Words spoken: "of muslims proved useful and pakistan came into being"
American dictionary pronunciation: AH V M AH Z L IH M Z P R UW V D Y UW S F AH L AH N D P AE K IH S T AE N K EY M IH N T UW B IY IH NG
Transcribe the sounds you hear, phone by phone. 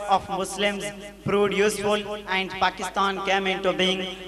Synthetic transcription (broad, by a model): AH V M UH S L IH M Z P R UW D Y UW S F AH L AH N D P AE K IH S T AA N K EY M IH N T UW B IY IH NG